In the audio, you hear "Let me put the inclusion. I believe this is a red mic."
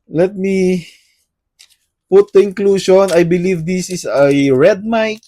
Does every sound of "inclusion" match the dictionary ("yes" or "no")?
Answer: no